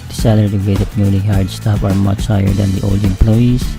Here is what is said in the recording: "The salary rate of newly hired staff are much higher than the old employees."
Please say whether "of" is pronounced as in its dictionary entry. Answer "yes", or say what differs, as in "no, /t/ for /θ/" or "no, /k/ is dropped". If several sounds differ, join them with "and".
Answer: no, /p/ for /v/